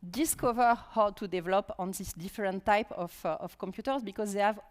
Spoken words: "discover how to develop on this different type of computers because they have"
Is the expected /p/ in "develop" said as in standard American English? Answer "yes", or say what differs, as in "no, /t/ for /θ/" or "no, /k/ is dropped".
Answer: yes